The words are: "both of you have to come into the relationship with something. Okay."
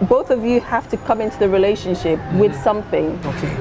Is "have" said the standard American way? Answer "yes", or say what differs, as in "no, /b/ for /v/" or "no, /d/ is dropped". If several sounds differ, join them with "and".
no, /f/ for /v/